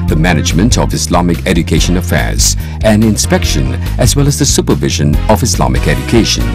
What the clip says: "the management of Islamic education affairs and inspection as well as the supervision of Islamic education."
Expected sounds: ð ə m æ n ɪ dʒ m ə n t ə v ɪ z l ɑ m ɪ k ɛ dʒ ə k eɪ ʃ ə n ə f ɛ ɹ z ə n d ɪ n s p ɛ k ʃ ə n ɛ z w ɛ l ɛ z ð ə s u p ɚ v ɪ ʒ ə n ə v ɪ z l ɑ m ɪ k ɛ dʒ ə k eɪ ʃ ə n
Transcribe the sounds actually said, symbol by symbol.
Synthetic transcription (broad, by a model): ð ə m æ n ɪ dʒ m ə n t ə v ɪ s l ɑ m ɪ k ɛ dʒ ə k eɪ ʃ ə n ə f ɛ ɹ z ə n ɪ n s p ɛ k ʃ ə n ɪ z w ɛ l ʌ z ð ə s u p ɚ v ɪ ʒ ə n ə v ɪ s l ɑ m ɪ k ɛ dʒ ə k eɪ ʃ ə n